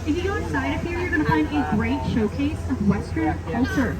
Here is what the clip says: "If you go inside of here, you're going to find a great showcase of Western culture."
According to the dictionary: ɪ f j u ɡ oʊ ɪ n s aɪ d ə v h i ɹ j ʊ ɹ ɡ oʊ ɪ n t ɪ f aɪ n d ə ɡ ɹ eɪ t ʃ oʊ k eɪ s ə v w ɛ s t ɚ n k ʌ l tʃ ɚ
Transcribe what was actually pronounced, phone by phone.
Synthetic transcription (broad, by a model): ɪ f j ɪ ɡ oʊ ɪ n s aɪ d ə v h i ɹ j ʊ ɹ ɡ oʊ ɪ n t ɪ f aɪ n d ə ɡ ɹ eɪ t ʃ oʊ k eɪ s ə v w ɛ s t ɚ n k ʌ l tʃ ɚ